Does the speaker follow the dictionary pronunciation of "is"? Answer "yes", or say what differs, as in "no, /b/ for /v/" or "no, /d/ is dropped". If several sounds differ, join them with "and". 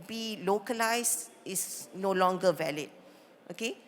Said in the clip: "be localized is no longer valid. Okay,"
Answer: no, /s/ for /z/